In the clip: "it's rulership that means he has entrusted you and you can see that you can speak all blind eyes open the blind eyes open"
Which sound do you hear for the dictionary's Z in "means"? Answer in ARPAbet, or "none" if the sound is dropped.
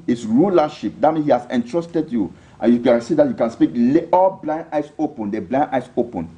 none